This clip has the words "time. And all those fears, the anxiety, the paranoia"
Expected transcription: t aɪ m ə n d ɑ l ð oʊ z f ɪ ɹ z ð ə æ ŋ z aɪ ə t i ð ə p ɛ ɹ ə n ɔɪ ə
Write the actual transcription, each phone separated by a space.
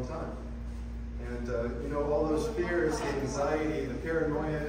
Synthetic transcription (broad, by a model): t aɪ m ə n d ɑ l ð oʊ z f ɪ ɹ z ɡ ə æ ŋ z aɪ ə t i ð ə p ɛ ɹ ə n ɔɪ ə